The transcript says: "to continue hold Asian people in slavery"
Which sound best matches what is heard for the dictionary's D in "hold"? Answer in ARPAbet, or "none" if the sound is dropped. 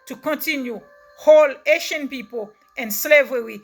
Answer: none